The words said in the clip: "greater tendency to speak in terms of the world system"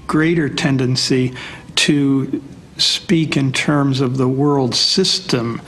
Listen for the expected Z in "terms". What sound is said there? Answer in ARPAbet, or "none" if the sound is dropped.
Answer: Z